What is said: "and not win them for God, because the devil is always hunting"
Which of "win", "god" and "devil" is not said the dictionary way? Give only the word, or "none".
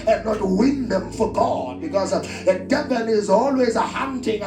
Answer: devil